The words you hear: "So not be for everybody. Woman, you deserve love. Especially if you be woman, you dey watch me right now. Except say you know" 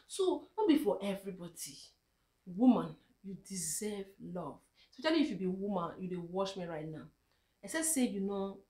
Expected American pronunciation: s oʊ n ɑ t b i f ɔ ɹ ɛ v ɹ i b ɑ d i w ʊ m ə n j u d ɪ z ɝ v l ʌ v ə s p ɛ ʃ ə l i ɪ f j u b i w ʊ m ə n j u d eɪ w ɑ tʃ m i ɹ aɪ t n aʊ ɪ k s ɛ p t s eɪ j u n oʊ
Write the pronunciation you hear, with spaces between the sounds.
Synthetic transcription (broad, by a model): s oʊ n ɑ b i f ɔ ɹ ɛ v ɹ i b ɑ d i w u m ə n j u d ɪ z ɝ v l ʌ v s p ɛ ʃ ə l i f j u b i w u m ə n j u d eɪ w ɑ ʃ m i ɹ aɪ t n aʊ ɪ s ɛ s eɪ j u n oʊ